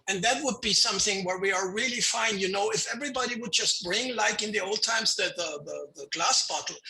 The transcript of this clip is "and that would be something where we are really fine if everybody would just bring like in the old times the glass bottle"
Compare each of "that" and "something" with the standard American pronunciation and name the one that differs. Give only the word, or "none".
none